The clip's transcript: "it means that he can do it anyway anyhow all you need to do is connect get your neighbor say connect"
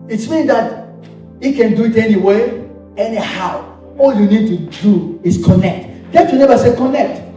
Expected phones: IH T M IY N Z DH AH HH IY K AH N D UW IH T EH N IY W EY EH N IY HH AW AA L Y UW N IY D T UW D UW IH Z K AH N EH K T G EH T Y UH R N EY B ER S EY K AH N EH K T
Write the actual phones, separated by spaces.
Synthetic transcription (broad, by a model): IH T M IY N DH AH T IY K AH N D UW IH T EH N IY W EY EH N IY HH AW AA L Y UW N IY D T UW D UW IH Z K AH N EH K T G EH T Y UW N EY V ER S EY K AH N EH K T